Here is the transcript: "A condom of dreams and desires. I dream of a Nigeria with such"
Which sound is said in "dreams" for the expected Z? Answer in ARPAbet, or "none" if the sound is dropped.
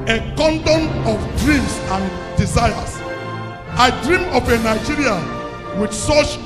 S